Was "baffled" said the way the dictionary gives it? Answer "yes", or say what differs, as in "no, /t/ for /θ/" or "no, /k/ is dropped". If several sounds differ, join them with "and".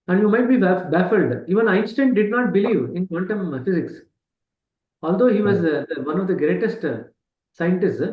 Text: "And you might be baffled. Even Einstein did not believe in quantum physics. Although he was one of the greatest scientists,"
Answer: yes